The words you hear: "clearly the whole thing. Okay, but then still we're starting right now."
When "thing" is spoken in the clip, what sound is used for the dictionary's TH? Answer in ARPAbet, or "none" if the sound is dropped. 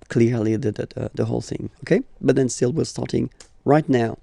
TH